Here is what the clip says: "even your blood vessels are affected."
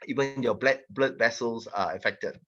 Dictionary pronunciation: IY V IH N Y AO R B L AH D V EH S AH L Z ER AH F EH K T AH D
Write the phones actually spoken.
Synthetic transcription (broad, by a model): IY V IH N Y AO L B L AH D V EH S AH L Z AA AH F EH K T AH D